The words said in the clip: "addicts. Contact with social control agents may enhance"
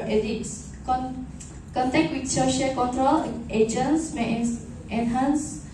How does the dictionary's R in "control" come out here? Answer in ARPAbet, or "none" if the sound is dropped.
R